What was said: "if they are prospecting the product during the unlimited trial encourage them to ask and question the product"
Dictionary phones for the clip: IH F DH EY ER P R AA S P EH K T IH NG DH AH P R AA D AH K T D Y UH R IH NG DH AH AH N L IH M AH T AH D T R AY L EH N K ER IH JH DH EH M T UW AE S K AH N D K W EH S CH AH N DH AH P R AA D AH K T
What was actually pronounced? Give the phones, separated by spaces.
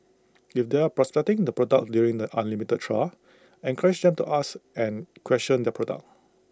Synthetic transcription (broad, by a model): IH F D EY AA P R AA S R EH T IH NG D AH P R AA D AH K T D Y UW R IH NG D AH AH N L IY M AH T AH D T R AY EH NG K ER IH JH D EH M T UW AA S AH N K W EH S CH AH N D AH P R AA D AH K